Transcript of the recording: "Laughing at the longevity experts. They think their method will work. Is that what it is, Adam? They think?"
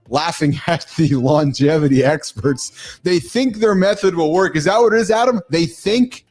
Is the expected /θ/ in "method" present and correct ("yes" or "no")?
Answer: yes